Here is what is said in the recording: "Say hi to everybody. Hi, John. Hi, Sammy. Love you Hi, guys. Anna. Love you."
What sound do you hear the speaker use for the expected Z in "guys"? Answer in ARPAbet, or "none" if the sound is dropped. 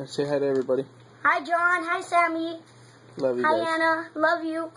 none